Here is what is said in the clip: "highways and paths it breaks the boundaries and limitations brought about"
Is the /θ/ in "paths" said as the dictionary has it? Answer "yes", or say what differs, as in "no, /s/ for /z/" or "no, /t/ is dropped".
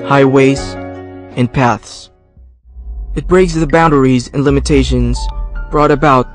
yes